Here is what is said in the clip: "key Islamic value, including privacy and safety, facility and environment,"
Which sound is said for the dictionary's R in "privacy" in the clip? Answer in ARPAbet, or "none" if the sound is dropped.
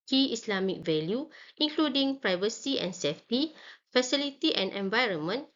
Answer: R